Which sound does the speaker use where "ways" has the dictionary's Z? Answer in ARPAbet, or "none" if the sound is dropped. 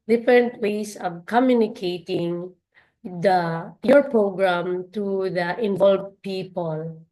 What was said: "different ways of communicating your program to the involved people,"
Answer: S